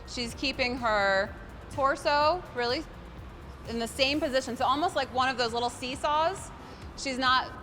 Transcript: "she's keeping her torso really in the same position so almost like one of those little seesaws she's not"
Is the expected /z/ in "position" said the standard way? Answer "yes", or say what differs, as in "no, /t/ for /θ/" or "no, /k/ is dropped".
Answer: yes